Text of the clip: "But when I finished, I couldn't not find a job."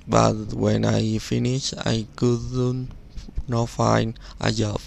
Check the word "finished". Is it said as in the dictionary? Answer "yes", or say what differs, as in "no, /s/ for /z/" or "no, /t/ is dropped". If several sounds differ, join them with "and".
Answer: no, /t/ is dropped